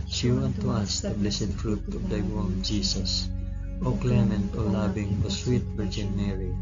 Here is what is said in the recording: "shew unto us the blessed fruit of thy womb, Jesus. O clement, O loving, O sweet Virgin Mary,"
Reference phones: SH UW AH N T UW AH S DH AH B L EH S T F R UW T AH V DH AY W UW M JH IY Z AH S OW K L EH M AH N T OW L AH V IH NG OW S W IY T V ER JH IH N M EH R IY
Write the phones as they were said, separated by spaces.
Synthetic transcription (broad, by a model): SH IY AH N T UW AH S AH B L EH S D F R UW T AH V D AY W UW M JH IY S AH S OW K L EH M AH N T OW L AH B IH NG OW S W IY T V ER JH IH N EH R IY